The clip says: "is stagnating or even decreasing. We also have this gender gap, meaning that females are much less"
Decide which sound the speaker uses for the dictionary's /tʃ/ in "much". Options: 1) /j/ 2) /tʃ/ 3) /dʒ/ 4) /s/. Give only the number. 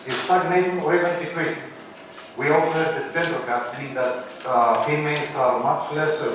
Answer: 2